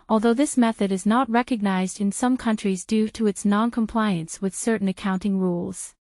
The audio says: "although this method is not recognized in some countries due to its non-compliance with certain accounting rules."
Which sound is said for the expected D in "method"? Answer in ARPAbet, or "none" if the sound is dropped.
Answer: D